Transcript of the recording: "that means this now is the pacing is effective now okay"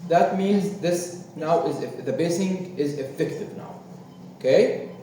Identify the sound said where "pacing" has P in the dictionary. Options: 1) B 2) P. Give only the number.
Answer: 1